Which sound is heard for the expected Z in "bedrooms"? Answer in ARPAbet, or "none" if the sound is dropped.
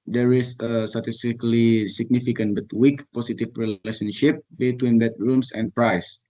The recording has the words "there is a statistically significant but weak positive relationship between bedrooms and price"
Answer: S